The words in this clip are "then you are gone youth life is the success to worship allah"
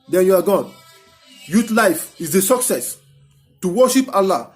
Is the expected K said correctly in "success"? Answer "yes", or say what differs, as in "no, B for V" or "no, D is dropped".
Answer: yes